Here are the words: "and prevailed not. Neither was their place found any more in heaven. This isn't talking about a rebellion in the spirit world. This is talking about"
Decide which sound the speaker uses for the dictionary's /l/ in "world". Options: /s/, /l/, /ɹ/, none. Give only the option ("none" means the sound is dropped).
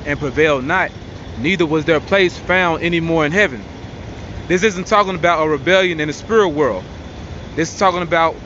/l/